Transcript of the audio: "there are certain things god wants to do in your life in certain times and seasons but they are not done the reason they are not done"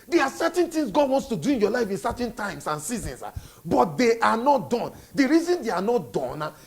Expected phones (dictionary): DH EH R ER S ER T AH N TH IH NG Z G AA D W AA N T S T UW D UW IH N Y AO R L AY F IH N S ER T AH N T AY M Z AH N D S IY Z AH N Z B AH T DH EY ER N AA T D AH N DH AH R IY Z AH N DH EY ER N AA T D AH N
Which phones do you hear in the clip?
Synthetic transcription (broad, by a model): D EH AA S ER T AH N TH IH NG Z G AA D W AA N T S T UW D UW IH N Y AO L AY F IH N S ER T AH N T AY M S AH N S IY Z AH N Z B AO T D EY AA N AA T D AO N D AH R IY Z AH N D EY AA N AA T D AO N